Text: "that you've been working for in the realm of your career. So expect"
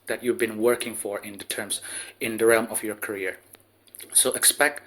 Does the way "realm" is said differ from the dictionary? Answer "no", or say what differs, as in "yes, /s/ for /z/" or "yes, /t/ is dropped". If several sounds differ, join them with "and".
no